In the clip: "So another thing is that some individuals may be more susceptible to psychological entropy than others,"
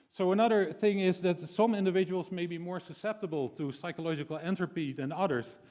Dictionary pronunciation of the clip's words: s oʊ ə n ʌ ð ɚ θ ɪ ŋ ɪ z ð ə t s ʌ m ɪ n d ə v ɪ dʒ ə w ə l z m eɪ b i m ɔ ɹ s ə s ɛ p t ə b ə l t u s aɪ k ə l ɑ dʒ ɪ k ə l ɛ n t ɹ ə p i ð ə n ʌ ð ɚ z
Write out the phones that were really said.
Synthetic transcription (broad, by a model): s oʊ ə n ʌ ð ɚ θ ɪ ŋ ɪ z ð ə t s ʌ m ɪ n d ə v ɪ dʒ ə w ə l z m eɪ b i m ɔ ɹ s ə s ɛ p t ə b ə l t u s aɪ k ə l ɑ dʒ ɪ k ə l ɛ n t ɹ ə p i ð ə n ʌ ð ɚ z